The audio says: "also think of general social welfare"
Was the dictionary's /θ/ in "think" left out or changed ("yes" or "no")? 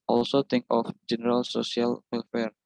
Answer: yes